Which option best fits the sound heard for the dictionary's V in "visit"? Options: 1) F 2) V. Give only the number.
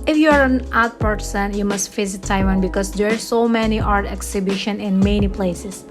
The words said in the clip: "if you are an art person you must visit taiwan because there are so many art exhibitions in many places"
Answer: 1